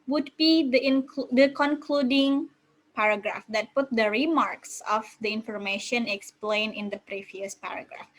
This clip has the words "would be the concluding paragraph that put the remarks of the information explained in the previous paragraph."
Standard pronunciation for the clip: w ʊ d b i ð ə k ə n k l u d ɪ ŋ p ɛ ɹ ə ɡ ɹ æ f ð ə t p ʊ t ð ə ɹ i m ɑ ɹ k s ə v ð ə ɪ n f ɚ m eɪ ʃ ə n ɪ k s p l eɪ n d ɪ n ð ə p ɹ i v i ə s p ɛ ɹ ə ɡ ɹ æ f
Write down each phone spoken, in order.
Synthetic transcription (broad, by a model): w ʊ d b i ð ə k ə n k l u d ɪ ŋ p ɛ ɹ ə ɡ ɹ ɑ f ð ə t p ʊ t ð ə ɹ i m ɑ ɹ k s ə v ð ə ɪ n f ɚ m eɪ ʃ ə n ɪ k s p l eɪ n ɪ n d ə p ɹ i v i ə s p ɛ ɹ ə ɡ ɹ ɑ f